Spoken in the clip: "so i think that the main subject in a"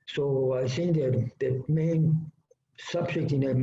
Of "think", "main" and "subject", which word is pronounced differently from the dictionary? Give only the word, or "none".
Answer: think